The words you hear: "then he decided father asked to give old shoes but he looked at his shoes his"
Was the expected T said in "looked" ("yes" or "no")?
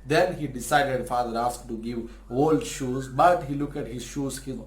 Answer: no